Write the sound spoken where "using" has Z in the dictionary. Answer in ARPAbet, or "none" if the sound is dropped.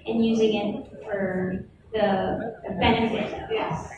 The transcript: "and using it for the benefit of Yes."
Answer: Z